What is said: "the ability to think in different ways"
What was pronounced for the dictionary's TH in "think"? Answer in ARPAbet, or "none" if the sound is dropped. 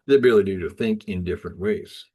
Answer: TH